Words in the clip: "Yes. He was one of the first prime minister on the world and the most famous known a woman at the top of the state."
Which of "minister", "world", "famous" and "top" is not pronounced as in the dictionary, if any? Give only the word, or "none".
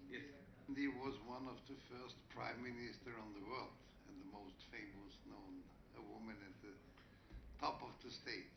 none